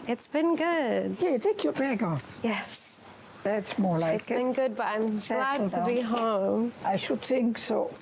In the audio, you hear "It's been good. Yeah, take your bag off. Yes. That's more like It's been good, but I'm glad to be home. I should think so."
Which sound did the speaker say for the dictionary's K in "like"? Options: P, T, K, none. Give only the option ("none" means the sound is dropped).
none